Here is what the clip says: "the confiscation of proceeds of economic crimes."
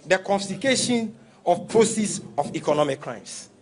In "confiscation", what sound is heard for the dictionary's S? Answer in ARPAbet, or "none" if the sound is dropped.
none